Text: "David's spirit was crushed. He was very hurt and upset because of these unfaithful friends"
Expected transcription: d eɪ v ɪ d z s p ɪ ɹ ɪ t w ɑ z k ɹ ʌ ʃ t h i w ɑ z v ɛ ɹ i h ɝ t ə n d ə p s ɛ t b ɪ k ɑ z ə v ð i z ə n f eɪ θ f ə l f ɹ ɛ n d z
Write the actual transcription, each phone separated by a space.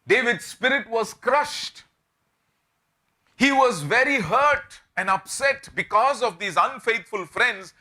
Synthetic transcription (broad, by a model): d eɪ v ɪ d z s p ɪ ɹ ɪ t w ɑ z k ɹ ʌ ʃ t h i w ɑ z v ɛ ɹ i h ɝ t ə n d ə p s ɛ t b ɪ k ɑ z ə v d i z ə n f eɪ t f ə l f ɹ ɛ n d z